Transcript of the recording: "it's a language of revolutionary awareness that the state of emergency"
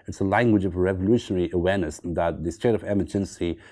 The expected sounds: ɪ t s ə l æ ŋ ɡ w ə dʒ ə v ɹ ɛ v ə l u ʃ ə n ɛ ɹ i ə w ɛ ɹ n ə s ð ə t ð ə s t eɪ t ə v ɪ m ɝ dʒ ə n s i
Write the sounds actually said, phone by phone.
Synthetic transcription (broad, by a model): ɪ t s ə l æ ŋ ɡ w ə dʒ ə v ɹ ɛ v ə l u ʃ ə n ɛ ɹ i ə w ɛ ɹ n ə s ð ə t ð ə s t eɪ t ə v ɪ m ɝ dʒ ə n s i